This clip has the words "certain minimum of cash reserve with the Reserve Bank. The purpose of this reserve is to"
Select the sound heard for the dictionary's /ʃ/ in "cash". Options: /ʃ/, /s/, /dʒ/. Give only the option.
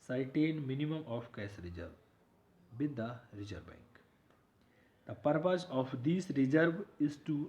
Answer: /s/